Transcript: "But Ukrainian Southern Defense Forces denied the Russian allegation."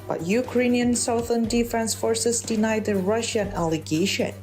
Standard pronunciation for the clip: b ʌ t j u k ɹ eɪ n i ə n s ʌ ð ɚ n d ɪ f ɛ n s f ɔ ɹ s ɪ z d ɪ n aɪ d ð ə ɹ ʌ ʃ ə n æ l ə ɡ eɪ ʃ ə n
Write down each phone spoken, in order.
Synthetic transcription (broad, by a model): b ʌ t j u k ɹ eɪ n i ə n s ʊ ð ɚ n d ɪ f ɛ n s f ɔ ɹ s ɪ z d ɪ n aɪ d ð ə ɹ ʌ ʃ ə n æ l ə ɡ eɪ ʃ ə n